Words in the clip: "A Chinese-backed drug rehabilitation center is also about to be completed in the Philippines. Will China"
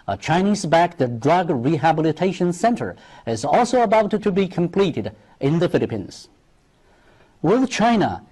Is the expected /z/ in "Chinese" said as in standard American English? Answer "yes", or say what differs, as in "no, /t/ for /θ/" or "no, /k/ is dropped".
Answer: yes